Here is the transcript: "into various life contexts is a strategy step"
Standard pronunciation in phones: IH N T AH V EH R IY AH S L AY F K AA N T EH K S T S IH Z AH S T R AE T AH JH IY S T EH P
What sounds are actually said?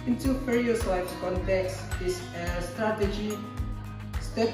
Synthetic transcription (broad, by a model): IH N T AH F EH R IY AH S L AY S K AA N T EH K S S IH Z AH S T R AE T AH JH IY S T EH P